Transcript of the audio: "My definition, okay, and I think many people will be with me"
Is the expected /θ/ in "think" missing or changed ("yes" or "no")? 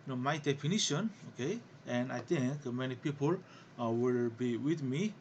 yes